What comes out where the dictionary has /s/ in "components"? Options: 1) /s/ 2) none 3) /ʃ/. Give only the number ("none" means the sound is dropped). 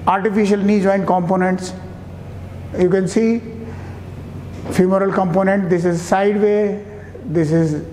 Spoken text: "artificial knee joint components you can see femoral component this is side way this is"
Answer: 1